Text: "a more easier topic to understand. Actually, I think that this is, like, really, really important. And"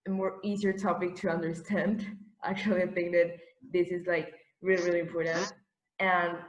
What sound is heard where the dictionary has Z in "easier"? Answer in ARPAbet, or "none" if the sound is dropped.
Z